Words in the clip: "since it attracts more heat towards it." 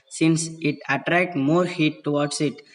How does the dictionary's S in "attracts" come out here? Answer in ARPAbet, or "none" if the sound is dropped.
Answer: none